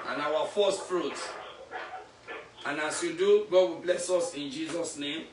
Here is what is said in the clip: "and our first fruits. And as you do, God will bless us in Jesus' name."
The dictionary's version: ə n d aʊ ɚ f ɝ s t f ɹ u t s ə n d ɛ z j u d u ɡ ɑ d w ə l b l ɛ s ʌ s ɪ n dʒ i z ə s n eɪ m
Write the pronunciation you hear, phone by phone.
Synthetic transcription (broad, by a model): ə n aʊ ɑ f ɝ s t f ɹ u t ə n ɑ s j u d u ɡ ɑ d w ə b l ɛ s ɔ s ɪ n dʒ i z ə s n eɪ m